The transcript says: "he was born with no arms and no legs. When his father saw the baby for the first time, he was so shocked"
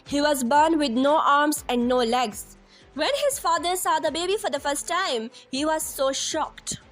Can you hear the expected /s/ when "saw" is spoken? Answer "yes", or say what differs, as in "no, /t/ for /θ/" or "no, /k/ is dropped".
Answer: yes